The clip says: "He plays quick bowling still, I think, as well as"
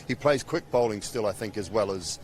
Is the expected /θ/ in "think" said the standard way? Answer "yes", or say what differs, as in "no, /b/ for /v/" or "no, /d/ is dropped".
yes